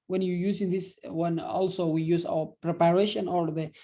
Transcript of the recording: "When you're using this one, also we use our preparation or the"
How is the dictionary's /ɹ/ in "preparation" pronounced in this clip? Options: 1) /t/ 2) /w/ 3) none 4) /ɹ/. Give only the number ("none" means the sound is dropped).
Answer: 4